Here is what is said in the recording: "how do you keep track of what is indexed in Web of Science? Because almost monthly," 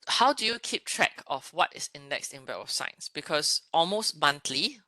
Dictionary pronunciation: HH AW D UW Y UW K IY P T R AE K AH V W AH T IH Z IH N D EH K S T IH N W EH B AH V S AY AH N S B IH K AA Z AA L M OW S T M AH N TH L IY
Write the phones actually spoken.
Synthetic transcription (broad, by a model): HH AW D UW Y UW K IY P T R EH K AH F W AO T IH S IH N D EH K S T IH N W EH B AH F S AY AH N S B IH K AA S AA L M OW S T M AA N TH L IY